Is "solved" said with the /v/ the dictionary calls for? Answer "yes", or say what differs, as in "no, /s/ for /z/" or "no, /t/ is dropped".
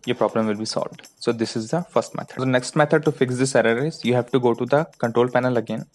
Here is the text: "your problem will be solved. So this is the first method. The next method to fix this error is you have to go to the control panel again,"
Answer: yes